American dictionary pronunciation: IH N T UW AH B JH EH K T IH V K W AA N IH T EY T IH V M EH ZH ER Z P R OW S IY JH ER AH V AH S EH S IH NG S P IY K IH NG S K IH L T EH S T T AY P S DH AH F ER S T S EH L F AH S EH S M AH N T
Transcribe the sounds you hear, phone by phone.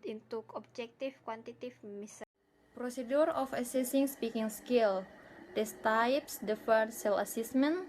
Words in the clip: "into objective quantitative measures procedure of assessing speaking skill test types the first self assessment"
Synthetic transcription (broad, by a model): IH N T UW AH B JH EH K T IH F K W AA N T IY T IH F M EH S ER P R OW S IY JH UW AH F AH S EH S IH NG S P IY K IH NG S K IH L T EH S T T AY P S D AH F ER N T S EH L AH S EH S M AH N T